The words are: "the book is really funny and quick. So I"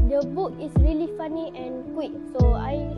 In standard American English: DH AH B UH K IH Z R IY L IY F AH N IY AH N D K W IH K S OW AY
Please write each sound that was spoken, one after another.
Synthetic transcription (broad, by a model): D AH B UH K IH S R IY L IY F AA N IY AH N K W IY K S OW AY